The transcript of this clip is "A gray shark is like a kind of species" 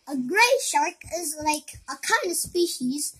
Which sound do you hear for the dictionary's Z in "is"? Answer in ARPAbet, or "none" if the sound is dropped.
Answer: Z